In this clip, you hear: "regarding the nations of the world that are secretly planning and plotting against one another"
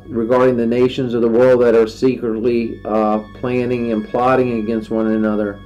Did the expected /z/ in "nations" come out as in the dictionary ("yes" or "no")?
yes